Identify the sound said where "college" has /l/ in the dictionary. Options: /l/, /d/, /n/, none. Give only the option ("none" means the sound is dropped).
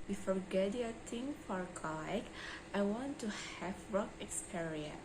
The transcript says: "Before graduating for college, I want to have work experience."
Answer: none